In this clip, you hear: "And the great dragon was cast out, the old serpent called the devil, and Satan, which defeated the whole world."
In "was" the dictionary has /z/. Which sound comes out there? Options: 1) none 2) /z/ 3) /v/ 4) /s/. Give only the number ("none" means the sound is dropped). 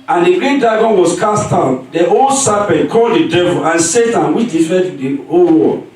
4